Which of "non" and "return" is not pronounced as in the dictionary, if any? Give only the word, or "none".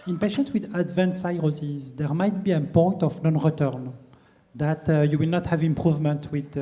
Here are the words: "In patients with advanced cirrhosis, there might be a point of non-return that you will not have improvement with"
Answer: none